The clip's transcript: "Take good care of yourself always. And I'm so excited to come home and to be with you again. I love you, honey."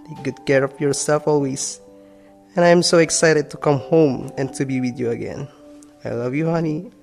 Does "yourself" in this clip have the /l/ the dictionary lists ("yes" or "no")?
no